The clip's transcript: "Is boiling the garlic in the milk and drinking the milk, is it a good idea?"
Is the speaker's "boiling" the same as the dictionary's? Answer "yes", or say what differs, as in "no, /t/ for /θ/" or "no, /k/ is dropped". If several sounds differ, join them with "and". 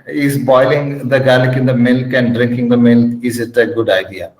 yes